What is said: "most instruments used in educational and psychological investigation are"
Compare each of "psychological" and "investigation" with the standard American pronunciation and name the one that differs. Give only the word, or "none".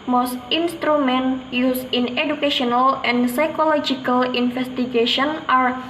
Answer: investigation